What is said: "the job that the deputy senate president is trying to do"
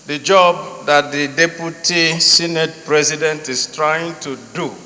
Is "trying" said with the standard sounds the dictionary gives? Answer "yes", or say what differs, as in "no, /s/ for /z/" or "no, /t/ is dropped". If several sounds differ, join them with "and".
yes